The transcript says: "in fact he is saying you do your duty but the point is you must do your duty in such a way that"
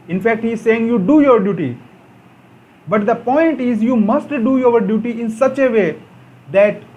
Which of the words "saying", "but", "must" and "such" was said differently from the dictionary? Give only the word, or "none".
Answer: none